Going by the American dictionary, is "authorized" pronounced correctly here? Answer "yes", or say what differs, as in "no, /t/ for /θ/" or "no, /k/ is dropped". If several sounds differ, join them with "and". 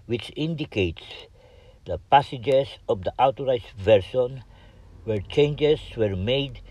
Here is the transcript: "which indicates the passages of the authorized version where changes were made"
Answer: no, /t/ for /θ/